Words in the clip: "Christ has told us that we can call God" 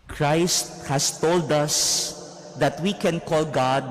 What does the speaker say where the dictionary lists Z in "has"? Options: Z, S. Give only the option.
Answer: S